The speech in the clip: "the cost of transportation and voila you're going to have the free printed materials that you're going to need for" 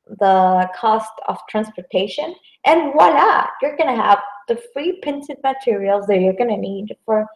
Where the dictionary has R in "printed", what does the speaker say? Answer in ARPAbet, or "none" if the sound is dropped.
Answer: none